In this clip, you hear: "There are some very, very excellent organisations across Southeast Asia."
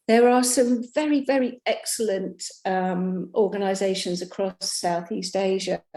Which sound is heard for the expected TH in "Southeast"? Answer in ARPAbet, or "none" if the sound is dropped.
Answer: TH